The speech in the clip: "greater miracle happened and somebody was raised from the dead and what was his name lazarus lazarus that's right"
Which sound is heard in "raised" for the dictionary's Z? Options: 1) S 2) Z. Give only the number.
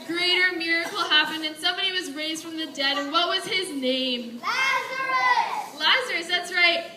2